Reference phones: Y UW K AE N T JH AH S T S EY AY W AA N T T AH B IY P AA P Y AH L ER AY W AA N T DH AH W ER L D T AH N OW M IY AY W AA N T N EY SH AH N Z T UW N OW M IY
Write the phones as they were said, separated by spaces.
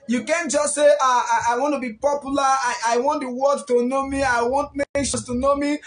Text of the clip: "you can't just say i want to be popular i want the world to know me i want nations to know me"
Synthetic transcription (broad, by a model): Y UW K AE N JH AH S T S EY AY W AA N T T AH B IY P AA P Y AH L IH AY W AA N T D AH W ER D T AH N OW M IY AY W AA N T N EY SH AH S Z T UW N OW M IY